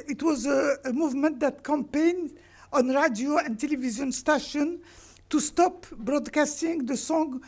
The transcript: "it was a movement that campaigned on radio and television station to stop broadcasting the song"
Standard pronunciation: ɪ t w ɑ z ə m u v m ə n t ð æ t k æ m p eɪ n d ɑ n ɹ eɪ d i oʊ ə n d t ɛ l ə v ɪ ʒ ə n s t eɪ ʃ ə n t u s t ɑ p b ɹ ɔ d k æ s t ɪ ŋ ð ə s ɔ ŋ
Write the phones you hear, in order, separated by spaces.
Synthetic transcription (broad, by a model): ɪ t w ɑ z ə m u v m ə n t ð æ t k æ m p eɪ n d ɑ n ɹ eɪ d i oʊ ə n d t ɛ l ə v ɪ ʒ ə n s t eɪ ʃ ə n t u s t ɑ p b ɹ ɔ d k æ s t ɪ ŋ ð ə s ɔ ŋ